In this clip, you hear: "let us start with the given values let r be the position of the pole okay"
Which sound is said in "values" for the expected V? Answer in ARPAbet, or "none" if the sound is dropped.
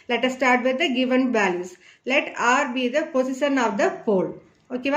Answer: B